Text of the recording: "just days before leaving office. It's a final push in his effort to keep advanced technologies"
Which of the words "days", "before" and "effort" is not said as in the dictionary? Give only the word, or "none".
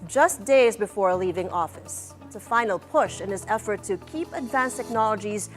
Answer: none